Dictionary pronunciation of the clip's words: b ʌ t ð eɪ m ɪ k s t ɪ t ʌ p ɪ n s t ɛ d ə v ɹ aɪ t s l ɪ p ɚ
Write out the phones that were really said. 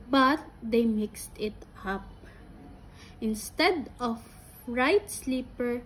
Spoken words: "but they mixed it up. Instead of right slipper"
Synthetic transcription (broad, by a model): b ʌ t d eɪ m ɪ k s t ɪ t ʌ p ɪ n s t ɛ d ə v ɹ aɪ t s l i p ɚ